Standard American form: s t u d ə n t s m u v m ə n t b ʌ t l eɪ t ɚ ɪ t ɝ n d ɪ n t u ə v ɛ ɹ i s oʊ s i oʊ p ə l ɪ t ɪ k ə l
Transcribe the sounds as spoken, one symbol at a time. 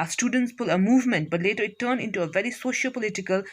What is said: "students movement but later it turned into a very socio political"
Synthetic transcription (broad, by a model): s t u d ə n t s m u v m ə n t b ʌ t l eɪ t ɚ ɪ t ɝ n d ɪ n t u ə v ɛ ɹ i s oʊ ʃ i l p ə l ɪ t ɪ k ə l